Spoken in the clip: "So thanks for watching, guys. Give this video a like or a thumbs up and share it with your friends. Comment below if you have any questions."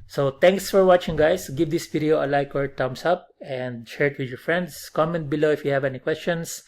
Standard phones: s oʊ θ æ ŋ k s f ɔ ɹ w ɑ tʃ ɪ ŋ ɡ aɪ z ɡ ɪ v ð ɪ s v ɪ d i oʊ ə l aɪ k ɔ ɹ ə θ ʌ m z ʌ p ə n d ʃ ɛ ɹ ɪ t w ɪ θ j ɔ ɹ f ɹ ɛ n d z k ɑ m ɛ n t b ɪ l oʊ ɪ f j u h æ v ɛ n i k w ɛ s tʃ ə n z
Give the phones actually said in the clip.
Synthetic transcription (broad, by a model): s oʊ t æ ŋ k s f ɔ ɹ w ɑ tʃ ɪ ŋ ɡ aɪ s ɡ ɪ v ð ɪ s p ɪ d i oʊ ə l aɪ k ɔ ɹ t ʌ m s ʌ p ə n d ʃ ɛ ɹ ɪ t w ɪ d j ɔ ɹ f ɹ ɛ n d s k ɑ m ɛ n t b ɪ l oʊ ɪ f j u h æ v ɛ n i k w ɛ s tʃ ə n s